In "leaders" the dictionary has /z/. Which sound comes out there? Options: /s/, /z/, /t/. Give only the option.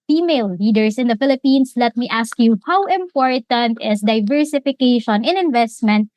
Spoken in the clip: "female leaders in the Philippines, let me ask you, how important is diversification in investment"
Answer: /s/